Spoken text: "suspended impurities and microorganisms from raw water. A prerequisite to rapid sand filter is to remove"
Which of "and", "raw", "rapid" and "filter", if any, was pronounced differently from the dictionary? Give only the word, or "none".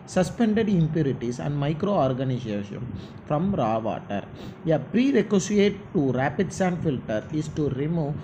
none